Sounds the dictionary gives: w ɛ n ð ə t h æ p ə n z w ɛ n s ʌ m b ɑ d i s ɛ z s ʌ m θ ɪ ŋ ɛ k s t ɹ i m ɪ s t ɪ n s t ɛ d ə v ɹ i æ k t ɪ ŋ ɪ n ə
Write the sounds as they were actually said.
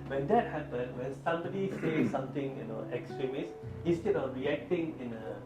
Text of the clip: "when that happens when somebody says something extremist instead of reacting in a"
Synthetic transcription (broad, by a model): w ɛ n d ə t h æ p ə n w ɛ n s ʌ m b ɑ d i s ɛ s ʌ m t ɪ ŋ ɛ k s t ɹ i m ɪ s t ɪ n s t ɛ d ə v ɹ i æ k t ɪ ŋ ɪ n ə